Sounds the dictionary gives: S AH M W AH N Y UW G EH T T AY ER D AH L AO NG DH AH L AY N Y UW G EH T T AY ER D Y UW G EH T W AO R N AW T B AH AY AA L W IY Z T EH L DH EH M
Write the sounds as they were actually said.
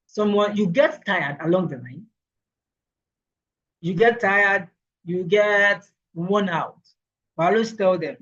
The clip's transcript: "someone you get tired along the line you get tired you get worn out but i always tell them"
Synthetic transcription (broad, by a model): S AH M W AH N Y UW G EH T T AY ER D AH L AO NG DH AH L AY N Y UW G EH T T AY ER D Y UW G EH T W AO N AW T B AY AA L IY S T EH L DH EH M